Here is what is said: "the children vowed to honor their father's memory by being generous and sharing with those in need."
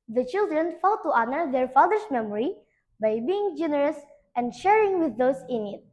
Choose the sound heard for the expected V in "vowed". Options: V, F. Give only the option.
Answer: F